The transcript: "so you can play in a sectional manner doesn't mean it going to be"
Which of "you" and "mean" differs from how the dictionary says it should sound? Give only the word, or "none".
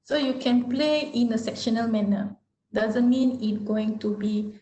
none